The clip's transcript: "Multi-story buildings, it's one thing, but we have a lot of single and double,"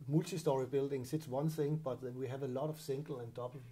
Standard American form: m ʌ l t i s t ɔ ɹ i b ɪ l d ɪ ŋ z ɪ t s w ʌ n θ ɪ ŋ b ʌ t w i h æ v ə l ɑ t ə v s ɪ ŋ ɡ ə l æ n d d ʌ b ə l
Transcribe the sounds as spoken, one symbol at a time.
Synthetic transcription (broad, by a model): m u l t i s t ɔ ɹ i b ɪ l d ɪ ŋ s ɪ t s w ʌ n θ ɪ ŋ b ʌ t w i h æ v ə l ɑ t ə v s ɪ ŋ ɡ l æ n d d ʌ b l